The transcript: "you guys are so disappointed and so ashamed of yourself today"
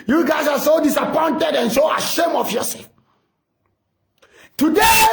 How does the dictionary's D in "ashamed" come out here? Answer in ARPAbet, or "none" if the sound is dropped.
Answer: none